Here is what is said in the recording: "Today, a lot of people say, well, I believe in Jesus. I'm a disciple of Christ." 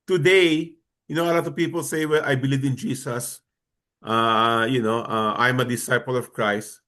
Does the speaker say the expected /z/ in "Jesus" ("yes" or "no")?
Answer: no